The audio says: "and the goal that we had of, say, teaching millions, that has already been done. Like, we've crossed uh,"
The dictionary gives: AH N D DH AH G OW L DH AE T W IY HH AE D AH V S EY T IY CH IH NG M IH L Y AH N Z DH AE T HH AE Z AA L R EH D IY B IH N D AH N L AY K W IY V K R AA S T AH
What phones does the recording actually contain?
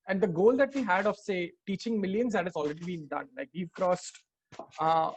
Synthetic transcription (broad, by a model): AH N D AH G OW L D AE T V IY HH AE D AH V S EY T IY CH IH NG M IH L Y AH N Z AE T HH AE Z AA L R EH D IY B IH N D AH N L AY K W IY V K R AA S T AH